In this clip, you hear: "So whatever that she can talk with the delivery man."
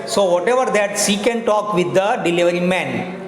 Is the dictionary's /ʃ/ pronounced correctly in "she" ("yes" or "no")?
no